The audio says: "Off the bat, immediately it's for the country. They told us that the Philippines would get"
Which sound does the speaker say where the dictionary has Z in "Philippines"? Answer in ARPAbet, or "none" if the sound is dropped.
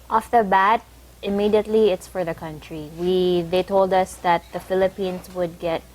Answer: S